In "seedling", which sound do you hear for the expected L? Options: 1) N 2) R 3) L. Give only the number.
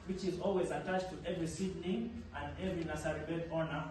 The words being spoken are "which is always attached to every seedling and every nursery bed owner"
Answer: 1